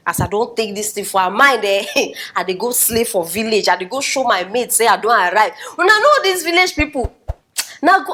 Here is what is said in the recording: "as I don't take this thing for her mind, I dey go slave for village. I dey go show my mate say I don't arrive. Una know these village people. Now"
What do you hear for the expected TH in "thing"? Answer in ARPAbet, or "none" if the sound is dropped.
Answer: T